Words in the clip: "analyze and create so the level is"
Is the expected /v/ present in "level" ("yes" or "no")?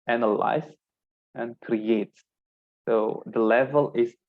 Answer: yes